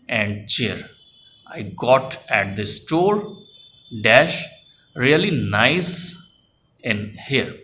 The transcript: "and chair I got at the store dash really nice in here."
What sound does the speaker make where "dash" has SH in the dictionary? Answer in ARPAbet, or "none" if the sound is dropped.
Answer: SH